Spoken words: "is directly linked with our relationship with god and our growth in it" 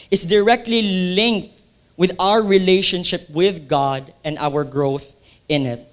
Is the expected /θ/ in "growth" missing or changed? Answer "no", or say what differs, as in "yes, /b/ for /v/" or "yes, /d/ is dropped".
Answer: no